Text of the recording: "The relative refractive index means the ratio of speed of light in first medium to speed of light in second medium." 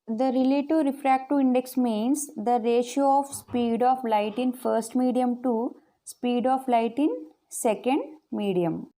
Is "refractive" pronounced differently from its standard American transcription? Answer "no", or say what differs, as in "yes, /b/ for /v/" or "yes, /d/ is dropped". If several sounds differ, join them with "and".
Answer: yes, /v/ is dropped